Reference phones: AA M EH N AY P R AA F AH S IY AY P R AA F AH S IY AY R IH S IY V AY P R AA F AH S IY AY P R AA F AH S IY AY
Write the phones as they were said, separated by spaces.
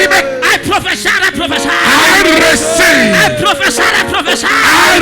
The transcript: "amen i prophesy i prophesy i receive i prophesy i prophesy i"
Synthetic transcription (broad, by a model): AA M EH AY P R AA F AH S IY AY P R AA F AH S IY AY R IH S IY AY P R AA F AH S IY AY P R AA F AH S IY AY